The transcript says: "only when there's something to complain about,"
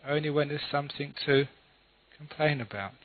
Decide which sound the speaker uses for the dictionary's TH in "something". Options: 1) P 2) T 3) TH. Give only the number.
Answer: 3